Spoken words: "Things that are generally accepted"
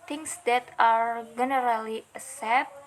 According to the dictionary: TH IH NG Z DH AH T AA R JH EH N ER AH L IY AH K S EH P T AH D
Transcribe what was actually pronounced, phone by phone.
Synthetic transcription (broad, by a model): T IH NG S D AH T AA R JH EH N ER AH L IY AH S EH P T